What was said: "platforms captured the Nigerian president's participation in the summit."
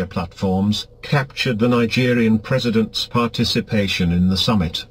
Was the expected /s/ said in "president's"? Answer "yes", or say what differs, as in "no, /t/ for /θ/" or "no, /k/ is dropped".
yes